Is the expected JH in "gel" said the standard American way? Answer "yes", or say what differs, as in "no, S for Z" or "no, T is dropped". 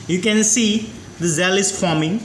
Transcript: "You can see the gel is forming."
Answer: no, Z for JH